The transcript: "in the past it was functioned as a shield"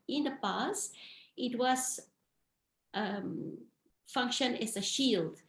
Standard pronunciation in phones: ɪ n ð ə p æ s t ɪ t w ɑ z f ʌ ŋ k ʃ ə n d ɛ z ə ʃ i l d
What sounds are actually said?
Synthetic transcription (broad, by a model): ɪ n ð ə p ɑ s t ɪ t w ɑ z f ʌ ŋ k ʃ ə n ɛ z ə ʃ i l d